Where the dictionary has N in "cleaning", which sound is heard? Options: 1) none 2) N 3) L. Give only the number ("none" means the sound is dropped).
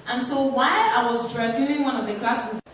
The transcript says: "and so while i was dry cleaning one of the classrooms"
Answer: 1